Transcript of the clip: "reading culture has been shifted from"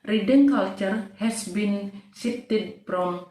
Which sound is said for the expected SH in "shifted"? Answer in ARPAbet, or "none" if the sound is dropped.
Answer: S